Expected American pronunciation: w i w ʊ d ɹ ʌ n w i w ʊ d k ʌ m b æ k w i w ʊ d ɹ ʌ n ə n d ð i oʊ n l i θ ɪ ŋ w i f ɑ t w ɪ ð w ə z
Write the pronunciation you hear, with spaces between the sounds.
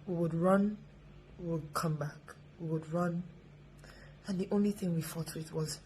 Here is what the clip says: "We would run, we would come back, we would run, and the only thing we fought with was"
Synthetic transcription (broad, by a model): w i w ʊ d ɹ ʌ n w i w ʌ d k ʌ m b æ k w i w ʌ d ɹ ʌ n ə n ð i oʊ n l i θ ɪ ŋ w i f ɑ t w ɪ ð w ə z